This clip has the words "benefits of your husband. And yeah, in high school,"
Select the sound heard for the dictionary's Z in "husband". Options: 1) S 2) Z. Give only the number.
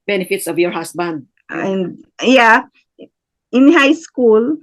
1